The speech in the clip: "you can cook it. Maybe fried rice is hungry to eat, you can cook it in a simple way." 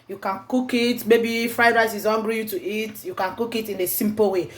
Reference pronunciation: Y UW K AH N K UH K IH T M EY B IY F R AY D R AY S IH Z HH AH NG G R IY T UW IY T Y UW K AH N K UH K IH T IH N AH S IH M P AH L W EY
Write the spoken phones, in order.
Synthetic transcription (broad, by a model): Y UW K AH N K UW K IH T M EY B IY F R AY D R AY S IH Z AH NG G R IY T UW IY T Y UW K AH N K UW K IH T IH N AH S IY M P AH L W EY